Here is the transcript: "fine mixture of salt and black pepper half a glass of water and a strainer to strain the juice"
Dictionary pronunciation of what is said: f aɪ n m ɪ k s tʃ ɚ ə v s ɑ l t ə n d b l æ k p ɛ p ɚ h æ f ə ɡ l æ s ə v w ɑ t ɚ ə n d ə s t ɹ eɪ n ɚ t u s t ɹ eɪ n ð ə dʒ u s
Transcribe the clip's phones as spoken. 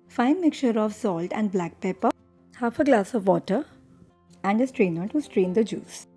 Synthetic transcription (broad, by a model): f aɪ n m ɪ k tʃ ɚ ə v s ɑ l t ə n d b l æ k p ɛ p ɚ h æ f ə ɡ l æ s ə v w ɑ t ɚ ə n d ə s t ɹ eɪ n ɚ t u s t ɹ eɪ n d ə dʒ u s